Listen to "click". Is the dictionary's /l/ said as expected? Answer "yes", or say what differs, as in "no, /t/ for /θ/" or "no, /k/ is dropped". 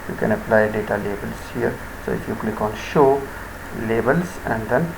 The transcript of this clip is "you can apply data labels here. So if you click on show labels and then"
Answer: yes